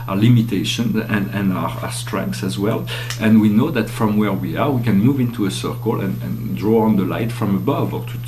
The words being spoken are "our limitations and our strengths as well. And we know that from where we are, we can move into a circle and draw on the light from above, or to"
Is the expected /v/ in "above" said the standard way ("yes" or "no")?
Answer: yes